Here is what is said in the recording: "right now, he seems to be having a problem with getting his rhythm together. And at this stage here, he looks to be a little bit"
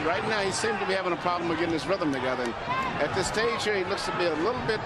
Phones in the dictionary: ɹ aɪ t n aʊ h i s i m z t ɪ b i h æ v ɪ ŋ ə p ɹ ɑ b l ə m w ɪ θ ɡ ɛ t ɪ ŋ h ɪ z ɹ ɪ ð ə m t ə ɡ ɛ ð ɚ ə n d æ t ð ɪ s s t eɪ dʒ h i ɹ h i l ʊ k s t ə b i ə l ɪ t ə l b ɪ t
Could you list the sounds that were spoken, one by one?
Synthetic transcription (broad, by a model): ɹ aɪ t n aʊ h i s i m t ɪ b i h æ v ɪ ŋ ə p ɹ ɑ b l ə m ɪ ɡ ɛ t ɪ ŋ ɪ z ɹ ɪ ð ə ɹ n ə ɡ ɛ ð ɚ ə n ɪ t ð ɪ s s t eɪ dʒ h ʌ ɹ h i l ʊ k s t ə b i ə l ɪ t l b ɪ t